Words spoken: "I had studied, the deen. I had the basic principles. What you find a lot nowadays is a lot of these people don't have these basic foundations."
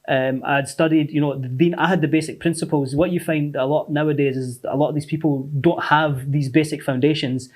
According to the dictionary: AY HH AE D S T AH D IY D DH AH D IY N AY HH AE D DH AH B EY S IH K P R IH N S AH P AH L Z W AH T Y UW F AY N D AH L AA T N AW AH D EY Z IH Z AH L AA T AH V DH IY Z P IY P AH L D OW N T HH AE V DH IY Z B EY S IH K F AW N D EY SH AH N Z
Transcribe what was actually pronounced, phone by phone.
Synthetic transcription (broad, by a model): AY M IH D S T AH D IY D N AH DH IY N AY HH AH D DH AH B EY S IH K P R IH N S AH P AH L Z W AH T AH F AY N D AH L AA T N AW AH D EY Z IH Z AH L AA T AH V DH IY Z P IY P AH L D OW N T HH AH V DH IY Z B EY S IH K F AW N D EY SH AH N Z